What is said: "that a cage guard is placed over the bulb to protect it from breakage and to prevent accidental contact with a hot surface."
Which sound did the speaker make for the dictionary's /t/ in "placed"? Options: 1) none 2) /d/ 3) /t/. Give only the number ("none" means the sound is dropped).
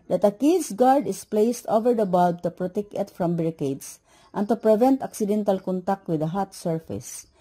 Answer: 3